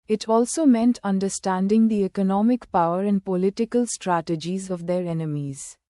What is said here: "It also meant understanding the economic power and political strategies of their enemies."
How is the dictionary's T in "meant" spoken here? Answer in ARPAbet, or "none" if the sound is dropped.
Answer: T